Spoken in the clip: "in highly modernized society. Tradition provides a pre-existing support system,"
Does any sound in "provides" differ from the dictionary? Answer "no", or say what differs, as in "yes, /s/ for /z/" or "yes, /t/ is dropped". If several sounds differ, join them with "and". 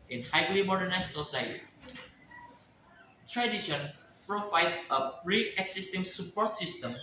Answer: yes, /z/ is dropped